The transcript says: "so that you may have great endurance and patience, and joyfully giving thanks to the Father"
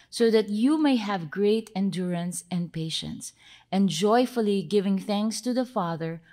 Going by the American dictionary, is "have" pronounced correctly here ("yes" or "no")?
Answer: yes